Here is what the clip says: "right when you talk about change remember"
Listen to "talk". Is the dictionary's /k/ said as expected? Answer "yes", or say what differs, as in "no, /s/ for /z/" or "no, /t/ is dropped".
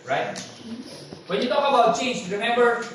no, /k/ is dropped